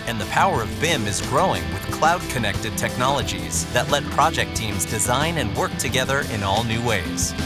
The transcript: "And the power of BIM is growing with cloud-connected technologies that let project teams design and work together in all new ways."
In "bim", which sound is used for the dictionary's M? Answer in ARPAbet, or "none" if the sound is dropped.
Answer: M